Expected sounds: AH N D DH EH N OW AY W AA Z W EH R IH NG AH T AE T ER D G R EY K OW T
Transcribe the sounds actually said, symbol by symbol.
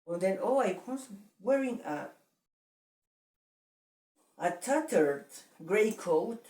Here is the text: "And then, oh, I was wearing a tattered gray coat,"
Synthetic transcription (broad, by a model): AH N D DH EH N OW AY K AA S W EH R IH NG AH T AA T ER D G R EY K OW T